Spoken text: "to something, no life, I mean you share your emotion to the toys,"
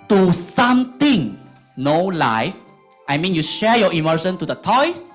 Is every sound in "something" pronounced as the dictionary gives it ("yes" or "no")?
no